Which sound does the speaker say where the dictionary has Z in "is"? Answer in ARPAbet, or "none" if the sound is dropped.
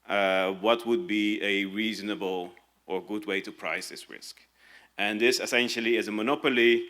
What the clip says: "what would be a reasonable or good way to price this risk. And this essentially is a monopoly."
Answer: Z